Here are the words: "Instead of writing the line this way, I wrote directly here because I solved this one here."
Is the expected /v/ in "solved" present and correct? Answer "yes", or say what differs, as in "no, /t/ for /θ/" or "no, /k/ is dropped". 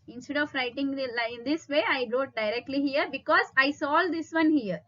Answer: no, /v/ is dropped